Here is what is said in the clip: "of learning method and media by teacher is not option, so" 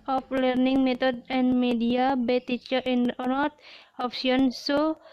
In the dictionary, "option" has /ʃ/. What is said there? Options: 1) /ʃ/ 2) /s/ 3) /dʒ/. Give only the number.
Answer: 2